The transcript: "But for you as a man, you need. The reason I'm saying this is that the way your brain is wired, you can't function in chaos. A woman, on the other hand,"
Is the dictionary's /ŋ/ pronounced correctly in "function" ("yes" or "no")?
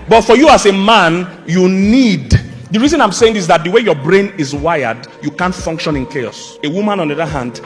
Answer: yes